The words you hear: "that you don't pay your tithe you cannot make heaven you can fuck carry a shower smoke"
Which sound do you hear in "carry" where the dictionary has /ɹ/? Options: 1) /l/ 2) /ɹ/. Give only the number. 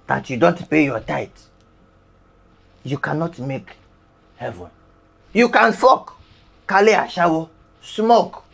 1